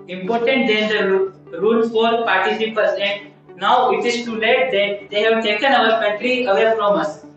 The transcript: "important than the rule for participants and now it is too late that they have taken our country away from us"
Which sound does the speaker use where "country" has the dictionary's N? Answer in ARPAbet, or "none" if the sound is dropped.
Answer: none